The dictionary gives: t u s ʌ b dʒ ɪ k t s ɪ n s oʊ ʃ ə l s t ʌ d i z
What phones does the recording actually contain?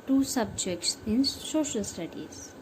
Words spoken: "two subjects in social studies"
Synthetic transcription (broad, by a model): t u s ʌ b dʒ ɪ k t s ɪ n s oʊ ʃ ə l s t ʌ d i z